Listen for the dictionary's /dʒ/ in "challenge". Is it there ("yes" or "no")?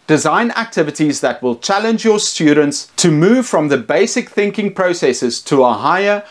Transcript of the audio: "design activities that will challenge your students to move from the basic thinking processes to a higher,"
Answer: yes